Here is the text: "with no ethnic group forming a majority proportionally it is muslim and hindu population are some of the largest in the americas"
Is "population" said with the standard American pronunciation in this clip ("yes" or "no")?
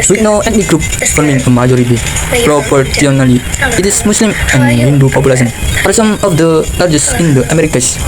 no